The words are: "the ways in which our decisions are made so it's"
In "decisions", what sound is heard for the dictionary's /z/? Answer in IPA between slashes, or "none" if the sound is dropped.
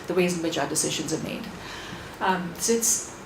/z/